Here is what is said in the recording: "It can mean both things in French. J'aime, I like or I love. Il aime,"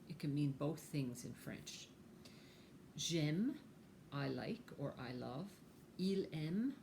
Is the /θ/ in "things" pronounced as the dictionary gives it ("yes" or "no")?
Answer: yes